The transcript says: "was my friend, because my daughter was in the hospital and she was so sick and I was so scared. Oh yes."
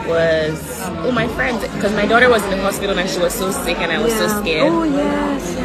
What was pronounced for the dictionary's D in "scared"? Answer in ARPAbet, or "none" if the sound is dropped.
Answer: none